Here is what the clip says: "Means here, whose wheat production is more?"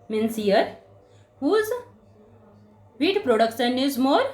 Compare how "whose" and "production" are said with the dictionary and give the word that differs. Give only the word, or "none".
production